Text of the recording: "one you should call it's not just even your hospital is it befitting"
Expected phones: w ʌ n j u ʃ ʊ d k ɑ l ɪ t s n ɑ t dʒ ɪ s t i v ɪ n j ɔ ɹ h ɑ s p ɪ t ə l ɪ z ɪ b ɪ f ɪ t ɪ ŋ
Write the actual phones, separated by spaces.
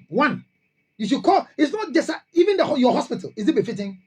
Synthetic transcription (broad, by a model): w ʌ n j u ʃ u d k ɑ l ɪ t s n ɑ t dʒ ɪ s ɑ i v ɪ n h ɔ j h ɑ s p ɪ t ə l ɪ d ɪ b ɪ f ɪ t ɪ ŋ